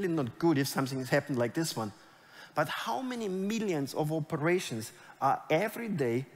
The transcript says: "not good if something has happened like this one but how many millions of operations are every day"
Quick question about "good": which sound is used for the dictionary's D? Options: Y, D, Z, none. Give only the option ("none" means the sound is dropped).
D